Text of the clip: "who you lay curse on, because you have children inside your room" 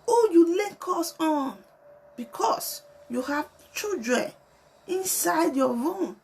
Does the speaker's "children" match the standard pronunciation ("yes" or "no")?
no